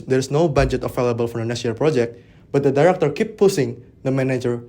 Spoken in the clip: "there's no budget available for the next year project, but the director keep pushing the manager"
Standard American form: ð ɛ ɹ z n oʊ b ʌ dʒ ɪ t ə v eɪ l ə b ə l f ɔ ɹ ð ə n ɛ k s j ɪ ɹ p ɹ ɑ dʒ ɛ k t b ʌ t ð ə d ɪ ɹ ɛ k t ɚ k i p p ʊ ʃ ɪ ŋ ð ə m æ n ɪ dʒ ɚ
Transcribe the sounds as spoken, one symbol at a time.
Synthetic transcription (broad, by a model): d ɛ ɹ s n oʊ b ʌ dʒ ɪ t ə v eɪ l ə b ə l f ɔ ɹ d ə n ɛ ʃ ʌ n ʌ l p ɹ ɑ dʒ ɛ k t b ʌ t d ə d ɪ ɹ ɛ k t ɚ k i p p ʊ s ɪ ŋ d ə m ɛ n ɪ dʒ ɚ